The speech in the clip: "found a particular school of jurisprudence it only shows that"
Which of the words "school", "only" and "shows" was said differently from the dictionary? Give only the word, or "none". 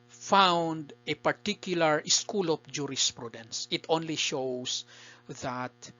shows